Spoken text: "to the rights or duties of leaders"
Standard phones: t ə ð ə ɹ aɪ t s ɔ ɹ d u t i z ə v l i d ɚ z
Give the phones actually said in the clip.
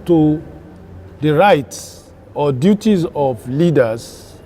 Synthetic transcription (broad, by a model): t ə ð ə ɹ aɪ t s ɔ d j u t i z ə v l i d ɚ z